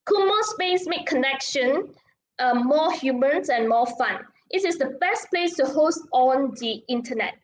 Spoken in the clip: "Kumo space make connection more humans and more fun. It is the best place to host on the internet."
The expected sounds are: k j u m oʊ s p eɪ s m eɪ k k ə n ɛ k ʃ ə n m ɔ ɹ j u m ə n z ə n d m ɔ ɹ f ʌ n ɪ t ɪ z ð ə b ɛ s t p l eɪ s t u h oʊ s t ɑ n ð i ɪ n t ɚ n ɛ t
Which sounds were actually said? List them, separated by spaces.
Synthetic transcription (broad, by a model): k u m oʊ s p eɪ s m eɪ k k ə n ɛ k ʃ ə n m ɔ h j u m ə n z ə n m ɔ f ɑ n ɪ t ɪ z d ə b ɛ s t p l eɪ s t u h oʊ s t ɑ n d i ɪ n t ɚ n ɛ t